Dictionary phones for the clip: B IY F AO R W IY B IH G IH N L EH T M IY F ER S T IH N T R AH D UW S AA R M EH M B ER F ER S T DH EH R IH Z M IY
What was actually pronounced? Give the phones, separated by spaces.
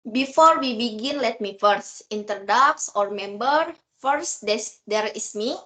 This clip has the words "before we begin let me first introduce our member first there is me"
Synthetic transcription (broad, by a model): B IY F AO R W IY B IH G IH N L EH T M IY F ER S T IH N T R D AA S AA R M EH M B ER F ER S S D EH R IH S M IY